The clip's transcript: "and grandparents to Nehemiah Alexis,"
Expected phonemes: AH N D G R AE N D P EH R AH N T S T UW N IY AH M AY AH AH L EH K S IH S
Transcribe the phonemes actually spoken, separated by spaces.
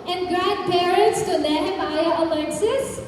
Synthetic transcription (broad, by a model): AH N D G R AE N D P EH R AH N T S T UW L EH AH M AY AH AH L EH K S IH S